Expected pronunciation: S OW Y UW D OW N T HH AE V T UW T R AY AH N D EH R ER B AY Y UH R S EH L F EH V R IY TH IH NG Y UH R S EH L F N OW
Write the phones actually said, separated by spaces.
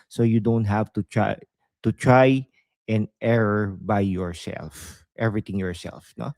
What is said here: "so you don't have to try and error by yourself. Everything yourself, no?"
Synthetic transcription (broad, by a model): S OW Y UW D OW N T HH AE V T UW T R AY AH N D EH R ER B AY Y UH R S EH L F EH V R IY T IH NG Y UH R S EH L F N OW